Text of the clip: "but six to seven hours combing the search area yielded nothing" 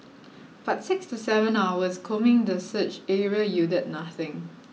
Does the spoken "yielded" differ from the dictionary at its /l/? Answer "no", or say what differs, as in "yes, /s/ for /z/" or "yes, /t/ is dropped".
yes, /l/ is dropped